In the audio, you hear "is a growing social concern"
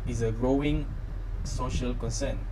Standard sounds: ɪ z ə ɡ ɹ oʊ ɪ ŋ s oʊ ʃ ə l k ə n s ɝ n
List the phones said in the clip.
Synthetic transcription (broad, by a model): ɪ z ə ɡ ɹ oʊ ɪ ŋ s oʊ ʃ ə l k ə n s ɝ n